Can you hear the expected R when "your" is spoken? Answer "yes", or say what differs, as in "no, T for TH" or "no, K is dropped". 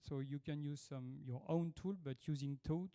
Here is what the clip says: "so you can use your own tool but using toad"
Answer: yes